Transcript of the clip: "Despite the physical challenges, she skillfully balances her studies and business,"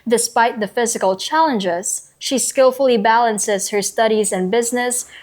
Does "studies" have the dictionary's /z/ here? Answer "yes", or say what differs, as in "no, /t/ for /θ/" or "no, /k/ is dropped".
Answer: yes